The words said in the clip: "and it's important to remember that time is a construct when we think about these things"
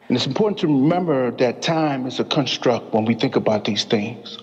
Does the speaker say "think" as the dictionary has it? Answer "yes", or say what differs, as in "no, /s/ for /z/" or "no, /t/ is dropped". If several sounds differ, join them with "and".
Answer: yes